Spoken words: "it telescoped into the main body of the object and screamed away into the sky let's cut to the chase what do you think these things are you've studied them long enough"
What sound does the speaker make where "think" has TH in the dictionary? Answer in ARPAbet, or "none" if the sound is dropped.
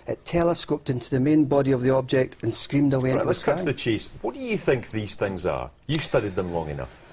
TH